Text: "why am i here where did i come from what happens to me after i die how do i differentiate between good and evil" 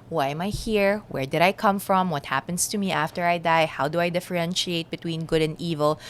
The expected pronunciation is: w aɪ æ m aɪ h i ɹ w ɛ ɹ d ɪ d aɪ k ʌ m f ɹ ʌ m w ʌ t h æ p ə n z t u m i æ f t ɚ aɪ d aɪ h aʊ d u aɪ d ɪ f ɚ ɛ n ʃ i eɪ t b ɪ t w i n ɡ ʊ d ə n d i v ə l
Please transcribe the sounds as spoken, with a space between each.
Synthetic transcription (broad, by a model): w aɪ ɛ m aɪ h i ɹ w ɛ ɹ d ɪ d aɪ k ʌ m f ɹ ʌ m w ʌ t h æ p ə n s t u m i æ f t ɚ aɪ d aɪ h aʊ d u aɪ d ɪ f ɚ ɛ n ʃ i eɪ t b ɪ t w i n ɡ ʊ d ə n d i v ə l